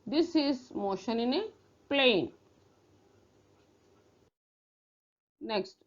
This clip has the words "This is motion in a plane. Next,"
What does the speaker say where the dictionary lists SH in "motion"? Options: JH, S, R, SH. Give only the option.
SH